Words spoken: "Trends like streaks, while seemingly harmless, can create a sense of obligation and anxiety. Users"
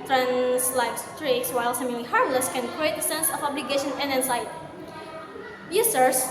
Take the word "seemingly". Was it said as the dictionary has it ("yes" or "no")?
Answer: no